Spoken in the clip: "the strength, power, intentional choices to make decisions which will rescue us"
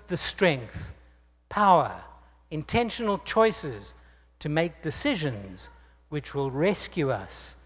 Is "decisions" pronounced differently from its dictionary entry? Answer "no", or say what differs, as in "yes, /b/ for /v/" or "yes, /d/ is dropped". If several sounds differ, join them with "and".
no